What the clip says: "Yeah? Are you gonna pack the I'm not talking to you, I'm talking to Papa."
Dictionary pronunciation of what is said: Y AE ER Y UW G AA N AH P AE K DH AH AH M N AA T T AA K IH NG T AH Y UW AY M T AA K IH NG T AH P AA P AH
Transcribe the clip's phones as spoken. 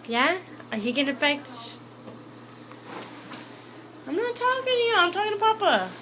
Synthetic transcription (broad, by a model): Y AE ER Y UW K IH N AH F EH K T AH AH M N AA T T AA K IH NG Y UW AY M T AA K IH NG T AH P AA P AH